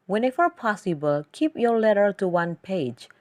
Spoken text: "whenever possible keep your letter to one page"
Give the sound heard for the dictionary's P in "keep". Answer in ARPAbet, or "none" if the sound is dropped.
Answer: P